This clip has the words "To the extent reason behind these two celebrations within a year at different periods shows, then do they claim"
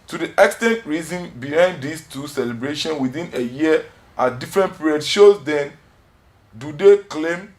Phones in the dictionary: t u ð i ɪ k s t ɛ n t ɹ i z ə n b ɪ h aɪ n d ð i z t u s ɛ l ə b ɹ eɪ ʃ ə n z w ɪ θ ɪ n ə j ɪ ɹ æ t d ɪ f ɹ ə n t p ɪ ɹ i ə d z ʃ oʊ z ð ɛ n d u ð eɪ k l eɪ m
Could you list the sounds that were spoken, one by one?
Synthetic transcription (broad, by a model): t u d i ɪ k s t ɛ n t ɹ i z ə n b ɪ h aɪ n d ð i s t u s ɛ l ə b ɹ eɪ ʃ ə n w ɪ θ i n ə j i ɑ d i f ɹ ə n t p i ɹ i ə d ʃ oʊ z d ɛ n d u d eɪ k l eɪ m